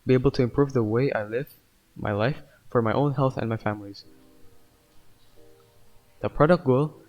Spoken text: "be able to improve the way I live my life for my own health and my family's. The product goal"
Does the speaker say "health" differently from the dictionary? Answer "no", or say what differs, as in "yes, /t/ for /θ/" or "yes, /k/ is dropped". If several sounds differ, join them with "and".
no